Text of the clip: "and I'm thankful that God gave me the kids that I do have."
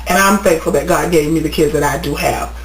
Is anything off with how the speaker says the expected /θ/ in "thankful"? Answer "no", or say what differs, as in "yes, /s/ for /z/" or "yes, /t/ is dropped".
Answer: yes, /f/ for /θ/